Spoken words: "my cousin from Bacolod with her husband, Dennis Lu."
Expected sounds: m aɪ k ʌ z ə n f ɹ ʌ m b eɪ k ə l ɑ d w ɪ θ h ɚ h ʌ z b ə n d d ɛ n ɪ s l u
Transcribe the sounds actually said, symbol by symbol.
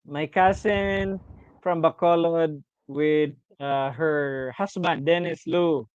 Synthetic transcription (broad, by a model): m aɪ k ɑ s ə n f ɹ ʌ m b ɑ k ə l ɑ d w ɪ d h ɚ h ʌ s b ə n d d ɛ n ɪ s l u